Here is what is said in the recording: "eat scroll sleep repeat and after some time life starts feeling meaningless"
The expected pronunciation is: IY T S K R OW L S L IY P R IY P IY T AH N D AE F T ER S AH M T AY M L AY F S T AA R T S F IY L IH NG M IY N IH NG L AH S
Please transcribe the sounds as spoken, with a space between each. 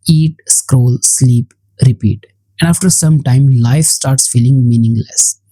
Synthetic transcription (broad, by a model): IY T S K R OW L S L IY P R IY P IY T AH N D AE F T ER S AH M T AY M L AY F S T AA R T S F IY L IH NG M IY N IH NG L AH S